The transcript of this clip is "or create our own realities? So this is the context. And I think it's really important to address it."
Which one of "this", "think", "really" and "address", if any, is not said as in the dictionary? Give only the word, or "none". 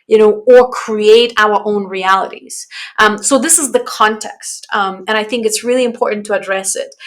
none